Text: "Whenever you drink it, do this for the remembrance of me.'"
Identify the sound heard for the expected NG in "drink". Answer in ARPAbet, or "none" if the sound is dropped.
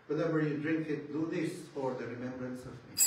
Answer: NG